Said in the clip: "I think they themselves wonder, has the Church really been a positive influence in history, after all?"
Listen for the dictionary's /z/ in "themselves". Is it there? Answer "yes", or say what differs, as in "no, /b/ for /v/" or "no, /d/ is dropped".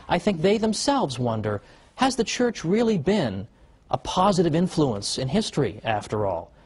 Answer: yes